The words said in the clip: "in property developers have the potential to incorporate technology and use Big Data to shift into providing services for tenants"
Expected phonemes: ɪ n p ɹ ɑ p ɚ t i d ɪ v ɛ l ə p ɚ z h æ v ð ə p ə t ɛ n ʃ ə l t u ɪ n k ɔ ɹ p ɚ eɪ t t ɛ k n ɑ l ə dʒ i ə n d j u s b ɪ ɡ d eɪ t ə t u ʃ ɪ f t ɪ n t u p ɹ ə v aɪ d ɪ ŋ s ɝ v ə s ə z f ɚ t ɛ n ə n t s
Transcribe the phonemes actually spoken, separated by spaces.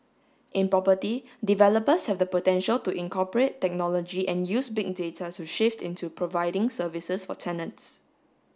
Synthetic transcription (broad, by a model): ɪ n p ɹ ɑ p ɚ t i d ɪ v ɛ l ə p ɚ s h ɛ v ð ə p ə t ɛ n ʃ ə l t u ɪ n k ɔ p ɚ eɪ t t ɛ k n ɑ l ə dʒ i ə n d j u s b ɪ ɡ d eɪ t ə t u ʃ ɪ f t ɪ n t u p ɹ ə v aɪ d ɪ ŋ s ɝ v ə s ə s f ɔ t ɛ n ə n t s